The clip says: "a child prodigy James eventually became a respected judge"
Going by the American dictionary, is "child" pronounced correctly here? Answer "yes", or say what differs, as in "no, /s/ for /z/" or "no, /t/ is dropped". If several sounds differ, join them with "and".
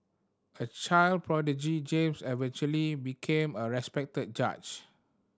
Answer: yes